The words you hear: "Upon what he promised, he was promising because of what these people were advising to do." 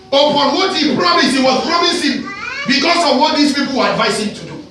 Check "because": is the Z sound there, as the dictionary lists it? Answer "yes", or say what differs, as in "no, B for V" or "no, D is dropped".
no, S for Z